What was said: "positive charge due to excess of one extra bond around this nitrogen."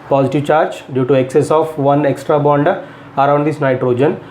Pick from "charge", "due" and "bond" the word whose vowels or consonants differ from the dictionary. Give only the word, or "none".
none